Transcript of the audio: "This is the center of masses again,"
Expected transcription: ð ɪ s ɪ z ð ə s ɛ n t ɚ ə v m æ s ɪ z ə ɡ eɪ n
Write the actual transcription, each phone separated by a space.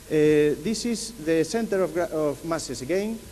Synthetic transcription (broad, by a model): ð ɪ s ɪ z ð ə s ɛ n t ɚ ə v m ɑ s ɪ s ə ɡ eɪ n